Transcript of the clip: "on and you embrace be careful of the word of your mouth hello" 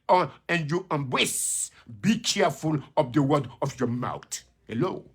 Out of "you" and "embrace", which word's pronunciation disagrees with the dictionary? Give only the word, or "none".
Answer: embrace